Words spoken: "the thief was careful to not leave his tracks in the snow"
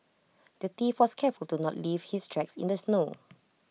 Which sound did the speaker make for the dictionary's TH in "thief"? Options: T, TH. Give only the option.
T